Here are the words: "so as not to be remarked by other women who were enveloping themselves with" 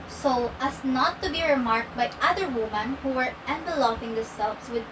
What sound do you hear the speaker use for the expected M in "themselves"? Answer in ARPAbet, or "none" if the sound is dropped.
none